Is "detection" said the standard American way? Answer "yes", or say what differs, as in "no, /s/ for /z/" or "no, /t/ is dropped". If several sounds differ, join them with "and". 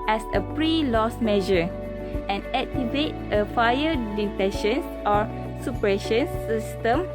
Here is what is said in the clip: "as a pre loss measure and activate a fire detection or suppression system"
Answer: no, /k/ is dropped